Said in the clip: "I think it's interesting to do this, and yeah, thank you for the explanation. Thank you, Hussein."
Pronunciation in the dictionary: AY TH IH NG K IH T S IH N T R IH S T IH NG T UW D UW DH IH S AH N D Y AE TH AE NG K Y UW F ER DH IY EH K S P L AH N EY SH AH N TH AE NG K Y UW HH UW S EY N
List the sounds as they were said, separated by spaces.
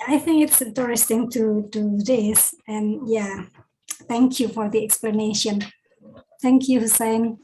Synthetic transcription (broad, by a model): AY TH IH NG K IH T S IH T R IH S T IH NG T UW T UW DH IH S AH N Y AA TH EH NG K Y UW F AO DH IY EH K S P L AH N EY SH AH N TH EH NG K Y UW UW S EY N